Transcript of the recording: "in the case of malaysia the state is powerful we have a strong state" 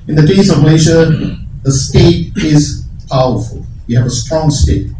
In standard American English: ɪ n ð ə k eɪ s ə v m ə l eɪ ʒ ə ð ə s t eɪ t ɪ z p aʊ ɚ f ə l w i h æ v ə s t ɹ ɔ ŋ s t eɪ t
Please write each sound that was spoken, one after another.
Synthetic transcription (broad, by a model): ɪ n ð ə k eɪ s ə v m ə ɪ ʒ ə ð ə s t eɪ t ɪ z p aʊ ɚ f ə l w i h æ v ə s t ɹ ɔ ŋ s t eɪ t